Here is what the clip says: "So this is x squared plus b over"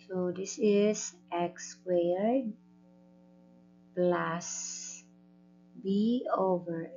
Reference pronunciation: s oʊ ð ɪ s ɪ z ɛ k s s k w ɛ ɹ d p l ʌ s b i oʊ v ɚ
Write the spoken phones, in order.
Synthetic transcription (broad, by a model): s oʊ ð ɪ s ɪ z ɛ k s s w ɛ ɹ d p l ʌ s b i oʊ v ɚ